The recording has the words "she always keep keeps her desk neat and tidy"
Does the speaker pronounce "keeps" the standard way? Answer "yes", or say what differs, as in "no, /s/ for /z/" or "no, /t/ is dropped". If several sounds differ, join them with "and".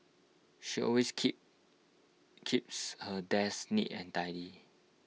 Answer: yes